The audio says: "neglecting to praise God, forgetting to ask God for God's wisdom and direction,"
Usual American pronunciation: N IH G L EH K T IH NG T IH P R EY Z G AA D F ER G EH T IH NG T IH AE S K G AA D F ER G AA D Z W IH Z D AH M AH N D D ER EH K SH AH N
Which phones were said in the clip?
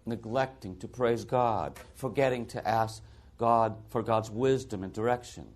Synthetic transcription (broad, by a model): N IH G L EH K T IH NG T IH P R EY Z G AA D F ER G EH T IH NG T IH AE S K G AA D F ER G AA D Z W IH Z D AH M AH N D D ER EH K SH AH N